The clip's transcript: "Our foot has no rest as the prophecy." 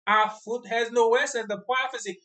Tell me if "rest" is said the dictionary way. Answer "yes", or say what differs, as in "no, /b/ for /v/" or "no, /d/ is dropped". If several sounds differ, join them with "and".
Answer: no, /w/ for /ɹ/ and /t/ is dropped